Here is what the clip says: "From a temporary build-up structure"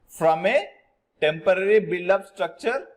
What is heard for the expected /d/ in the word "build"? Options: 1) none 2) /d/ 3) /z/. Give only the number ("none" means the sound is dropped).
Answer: 1